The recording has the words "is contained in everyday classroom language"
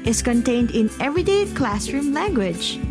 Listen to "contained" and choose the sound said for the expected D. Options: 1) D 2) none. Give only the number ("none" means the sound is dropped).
1